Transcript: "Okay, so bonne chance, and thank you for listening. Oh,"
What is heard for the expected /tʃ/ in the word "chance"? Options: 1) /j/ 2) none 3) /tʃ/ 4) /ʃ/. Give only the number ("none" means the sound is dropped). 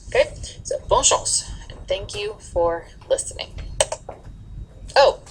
4